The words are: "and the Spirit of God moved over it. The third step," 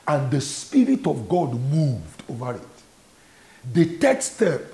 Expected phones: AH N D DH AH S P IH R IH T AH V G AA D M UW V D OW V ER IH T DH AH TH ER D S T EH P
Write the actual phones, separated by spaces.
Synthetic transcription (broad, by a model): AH N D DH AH S P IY R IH T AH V G AA D M UW V D OW V ER IH T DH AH T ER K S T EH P